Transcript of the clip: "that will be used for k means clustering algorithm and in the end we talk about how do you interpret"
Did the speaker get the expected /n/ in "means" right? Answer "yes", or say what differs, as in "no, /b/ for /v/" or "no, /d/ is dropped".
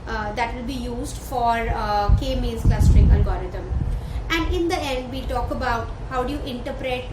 no, /n/ is dropped